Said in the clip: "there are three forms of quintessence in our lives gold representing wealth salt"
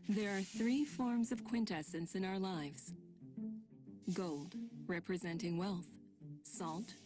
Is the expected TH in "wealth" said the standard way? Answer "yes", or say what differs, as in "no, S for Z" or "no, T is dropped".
yes